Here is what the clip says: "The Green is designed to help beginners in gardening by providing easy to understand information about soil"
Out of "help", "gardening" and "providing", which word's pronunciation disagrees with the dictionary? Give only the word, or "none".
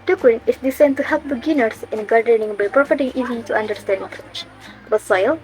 providing